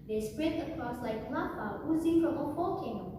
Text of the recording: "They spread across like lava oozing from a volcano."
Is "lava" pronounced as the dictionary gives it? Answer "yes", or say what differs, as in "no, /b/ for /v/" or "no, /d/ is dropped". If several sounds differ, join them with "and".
no, /p/ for /v/